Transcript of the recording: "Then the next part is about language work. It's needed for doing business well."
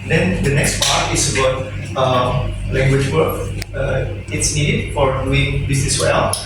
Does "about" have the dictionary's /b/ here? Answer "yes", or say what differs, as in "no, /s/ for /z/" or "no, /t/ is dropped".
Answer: no, /b/ is dropped